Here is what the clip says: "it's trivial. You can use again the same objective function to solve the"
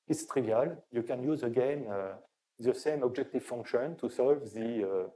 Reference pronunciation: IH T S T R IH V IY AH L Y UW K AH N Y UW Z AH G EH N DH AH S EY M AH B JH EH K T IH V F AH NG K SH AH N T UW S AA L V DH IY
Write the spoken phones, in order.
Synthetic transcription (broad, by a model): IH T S T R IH V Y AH L Y UW K AH N Y UW Z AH G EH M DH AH S EY M AH B JH EH K T IH V F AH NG K SH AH N T UW S AA L V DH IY